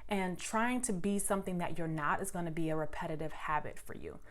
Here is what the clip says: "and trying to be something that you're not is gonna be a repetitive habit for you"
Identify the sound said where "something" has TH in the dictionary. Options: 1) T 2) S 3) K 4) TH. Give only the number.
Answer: 4